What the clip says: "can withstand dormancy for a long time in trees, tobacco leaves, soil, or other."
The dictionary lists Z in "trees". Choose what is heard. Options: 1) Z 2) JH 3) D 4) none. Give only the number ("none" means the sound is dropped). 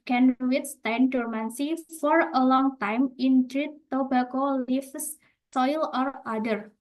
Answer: 4